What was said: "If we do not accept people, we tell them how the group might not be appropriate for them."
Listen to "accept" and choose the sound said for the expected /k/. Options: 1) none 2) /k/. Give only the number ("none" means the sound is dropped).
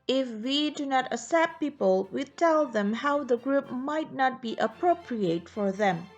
1